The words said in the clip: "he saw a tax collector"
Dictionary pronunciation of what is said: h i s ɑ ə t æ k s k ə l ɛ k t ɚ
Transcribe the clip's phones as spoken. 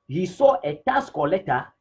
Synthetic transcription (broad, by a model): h i s ɑ ə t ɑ s k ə l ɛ t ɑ